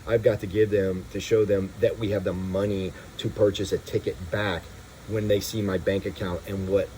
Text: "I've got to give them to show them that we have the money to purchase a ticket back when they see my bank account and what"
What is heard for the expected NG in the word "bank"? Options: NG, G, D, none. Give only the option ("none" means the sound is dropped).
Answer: NG